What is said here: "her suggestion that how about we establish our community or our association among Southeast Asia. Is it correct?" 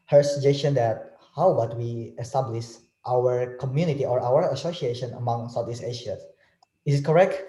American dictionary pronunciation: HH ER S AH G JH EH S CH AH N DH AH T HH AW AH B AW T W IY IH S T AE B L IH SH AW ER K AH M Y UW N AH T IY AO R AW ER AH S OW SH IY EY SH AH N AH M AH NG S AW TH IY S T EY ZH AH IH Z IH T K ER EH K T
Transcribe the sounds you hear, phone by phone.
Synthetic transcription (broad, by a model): HH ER S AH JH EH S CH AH N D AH T HH AW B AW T W IY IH S T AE B L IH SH AW ER K AH M Y UW N AH T IY AO R AW ER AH S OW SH IY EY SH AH N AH M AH NG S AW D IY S EY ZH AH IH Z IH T K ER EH K T